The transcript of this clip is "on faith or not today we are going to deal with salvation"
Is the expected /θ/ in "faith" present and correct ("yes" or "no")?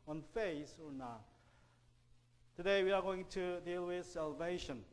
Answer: no